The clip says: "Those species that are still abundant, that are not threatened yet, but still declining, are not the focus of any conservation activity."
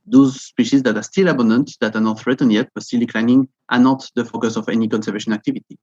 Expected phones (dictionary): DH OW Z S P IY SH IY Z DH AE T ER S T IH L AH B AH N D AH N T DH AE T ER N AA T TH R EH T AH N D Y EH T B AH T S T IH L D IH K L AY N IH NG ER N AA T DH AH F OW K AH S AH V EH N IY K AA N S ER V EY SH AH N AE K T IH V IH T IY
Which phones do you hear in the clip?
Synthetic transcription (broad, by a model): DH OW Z S P IY SH IY Z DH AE T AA S T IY L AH B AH N D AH N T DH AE T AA N AA T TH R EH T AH N Y EH T B AH T S T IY L D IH K L AY N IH NG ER N AA T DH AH F OW K AH S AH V EH N IY K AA N S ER V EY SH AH N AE K T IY V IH T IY